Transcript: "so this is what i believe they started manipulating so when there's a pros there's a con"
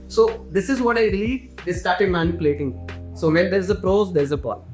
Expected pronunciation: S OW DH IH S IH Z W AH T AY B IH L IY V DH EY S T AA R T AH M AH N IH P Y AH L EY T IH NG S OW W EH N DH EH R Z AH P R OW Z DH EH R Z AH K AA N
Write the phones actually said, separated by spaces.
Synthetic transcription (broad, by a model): S OW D IH S IH Z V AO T AY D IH L IY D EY S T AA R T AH M AH N IH P Y AH L EY T IH NG S OW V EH N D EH R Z AH P R OW Z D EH R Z AH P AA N